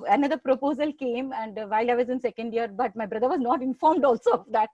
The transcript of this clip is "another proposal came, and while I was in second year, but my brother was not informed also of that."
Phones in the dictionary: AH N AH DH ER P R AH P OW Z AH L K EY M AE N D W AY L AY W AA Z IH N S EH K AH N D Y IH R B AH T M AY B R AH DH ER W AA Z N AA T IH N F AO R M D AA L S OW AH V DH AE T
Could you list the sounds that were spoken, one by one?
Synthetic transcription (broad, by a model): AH N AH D ER P R AH P OW Z AH L K EY M AE N D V AY L AY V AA Z IH N S EH K AH N D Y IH R B AH T M AY B R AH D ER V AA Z N AA T IH N F AO R M D AA L S OW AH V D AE T